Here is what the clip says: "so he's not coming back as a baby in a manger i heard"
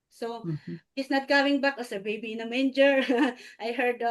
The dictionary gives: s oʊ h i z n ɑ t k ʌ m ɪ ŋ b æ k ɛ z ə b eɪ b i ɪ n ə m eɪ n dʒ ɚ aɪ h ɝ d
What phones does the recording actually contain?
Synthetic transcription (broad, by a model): s oʊ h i s n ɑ t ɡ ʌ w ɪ ŋ b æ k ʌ s ə b eɪ b i ɪ n ə m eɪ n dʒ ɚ aɪ h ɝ d